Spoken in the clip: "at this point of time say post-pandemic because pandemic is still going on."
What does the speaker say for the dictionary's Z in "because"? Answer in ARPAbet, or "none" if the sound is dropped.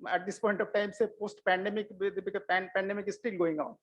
none